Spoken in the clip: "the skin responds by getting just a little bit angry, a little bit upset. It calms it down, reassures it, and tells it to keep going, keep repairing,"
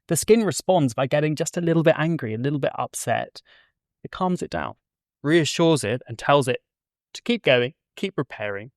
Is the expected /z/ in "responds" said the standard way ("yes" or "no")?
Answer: yes